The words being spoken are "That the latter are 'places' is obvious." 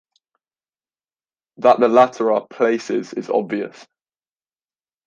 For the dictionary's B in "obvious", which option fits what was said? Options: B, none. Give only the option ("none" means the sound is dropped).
B